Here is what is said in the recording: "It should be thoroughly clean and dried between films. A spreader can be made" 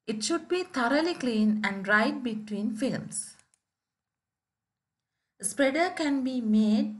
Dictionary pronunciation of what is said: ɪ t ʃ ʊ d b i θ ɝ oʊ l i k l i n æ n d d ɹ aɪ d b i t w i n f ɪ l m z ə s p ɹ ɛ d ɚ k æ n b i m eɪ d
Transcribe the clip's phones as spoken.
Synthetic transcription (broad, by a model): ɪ t ʃ ʊ d b i t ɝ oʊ l i k l i n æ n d d ɹ aɪ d b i t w i n f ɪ l m s ə s p ɹ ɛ d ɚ k æ n b i m eɪ d